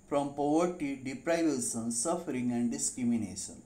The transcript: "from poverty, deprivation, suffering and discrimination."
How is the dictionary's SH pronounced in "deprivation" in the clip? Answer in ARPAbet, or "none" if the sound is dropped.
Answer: S